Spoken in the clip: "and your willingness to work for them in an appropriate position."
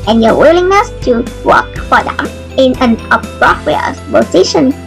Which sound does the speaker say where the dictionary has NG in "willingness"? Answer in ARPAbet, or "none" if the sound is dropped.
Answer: NG